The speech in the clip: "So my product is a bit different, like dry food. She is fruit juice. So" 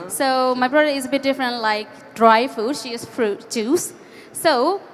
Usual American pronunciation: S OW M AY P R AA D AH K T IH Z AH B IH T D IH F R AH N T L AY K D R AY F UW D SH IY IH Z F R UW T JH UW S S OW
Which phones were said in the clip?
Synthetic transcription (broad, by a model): S OW M AY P R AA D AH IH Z AH B IH T D IH F R AH N T L AY K D R AY F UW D SH IY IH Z F R UW T CH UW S S OW